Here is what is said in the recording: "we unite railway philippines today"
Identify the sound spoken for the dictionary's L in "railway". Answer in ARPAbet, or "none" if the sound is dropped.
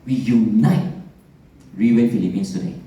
none